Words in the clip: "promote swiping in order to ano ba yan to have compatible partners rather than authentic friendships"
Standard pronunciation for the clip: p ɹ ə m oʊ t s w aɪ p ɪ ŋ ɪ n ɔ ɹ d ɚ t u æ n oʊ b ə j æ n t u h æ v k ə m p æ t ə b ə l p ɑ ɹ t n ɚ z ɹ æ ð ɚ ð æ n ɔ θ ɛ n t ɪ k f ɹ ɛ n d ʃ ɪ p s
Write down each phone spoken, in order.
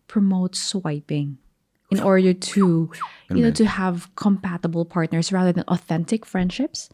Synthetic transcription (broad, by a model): p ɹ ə m oʊ t s w aɪ p ɪ ŋ ɪ n ɔ ɹ d ɚ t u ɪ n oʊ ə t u h æ v k ə m p æ t ə b ə l p ɑ ɹ t n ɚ s ɹ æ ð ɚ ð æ n ɔ θ ɛ n t ɪ k f ɹ ɛ n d ʃ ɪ p s